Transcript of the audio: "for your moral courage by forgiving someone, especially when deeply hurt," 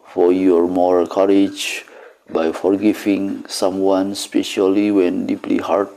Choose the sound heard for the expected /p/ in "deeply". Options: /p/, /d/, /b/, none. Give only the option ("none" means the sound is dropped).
/p/